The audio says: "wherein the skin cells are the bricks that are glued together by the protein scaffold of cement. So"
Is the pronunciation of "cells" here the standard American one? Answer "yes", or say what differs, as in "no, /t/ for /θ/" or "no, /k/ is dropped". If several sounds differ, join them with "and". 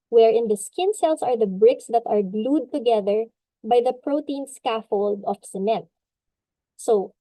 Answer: no, /s/ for /z/